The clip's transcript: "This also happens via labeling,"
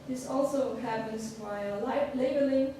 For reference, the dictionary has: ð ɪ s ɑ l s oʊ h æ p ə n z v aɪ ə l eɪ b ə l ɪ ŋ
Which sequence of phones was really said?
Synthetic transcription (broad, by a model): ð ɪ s ɑ l s oʊ h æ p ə n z b aɪ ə l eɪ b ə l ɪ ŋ